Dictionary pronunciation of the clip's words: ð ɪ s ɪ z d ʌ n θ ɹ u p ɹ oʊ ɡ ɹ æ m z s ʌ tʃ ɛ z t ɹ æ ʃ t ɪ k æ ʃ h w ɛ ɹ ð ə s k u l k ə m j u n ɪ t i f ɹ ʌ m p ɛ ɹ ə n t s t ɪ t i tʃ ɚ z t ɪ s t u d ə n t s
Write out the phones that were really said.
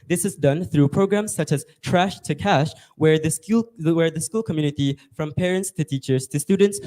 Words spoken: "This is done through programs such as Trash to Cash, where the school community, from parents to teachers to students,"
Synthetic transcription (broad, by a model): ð ɪ s ɪ z d ʌ n θ ɹ u p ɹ oʊ ɡ ɹ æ m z s ʌ tʃ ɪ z t ɹ æ ʃ t ɪ k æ ʃ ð w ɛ ɹ ð ə s k u l k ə m j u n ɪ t i f ɹ ʌ m p ɛ ɹ ə n t s t ɪ t i tʃ ɚ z t ɪ s t u d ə n t s